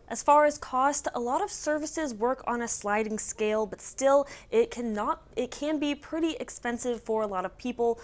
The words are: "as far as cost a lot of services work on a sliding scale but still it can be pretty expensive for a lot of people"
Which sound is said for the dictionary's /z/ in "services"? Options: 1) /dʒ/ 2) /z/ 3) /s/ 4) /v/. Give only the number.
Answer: 2